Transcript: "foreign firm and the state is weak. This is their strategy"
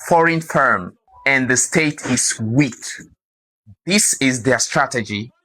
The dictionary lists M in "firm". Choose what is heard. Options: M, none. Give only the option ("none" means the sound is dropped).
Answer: M